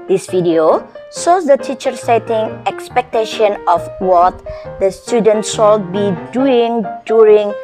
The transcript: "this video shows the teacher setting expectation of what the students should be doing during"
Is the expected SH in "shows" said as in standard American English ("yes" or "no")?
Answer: no